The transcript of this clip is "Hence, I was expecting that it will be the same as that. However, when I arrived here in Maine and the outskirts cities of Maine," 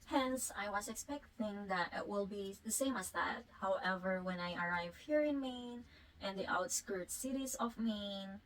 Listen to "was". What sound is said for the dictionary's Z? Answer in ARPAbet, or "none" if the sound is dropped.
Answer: S